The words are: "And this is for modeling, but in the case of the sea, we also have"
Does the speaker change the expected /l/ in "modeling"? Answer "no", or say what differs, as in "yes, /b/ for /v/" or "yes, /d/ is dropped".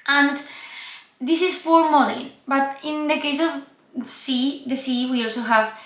yes, /l/ is dropped